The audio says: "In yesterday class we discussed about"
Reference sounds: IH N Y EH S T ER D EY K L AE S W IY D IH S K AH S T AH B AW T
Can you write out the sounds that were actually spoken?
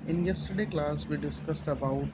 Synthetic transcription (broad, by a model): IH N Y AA S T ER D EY K L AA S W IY D IH S K AH S T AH B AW T